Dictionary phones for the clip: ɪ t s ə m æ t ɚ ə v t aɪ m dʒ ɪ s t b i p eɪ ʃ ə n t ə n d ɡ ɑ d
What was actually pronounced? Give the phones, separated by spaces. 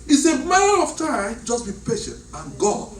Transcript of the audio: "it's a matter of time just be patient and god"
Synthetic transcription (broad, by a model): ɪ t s ə m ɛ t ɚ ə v t aɪ m dʒ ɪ s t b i p eɪ ʃ ə n t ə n ɡ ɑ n